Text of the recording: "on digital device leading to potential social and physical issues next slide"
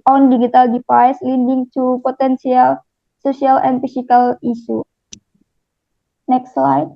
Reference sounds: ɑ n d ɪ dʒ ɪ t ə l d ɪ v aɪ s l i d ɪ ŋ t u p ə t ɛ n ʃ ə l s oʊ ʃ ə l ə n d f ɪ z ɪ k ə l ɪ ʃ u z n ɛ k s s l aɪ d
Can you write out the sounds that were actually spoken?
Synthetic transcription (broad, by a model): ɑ n d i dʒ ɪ t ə l d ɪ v aɪ s l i d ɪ ŋ t u p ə t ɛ n s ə l s oʊ s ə l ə n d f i s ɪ k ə l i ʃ u n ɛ k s s l aɪ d